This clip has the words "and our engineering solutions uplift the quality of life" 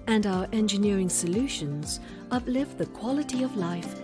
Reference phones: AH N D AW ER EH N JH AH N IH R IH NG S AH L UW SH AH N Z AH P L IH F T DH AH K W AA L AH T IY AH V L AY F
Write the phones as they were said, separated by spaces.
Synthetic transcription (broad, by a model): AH N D AW ER EH N JH AH N IH R IH NG S AH L UW SH AH N Z AH P L IH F DH AH K W AA L AH T IY AH V L AY F